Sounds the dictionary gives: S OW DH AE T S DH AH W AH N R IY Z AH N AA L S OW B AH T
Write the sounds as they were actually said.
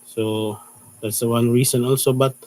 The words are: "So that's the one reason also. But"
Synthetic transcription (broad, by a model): S OW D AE T S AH W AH N R IY S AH N AA L S OW B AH T